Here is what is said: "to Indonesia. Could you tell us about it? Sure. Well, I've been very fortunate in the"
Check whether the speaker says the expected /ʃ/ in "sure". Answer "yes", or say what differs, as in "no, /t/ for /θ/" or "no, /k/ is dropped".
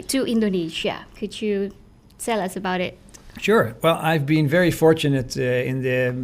yes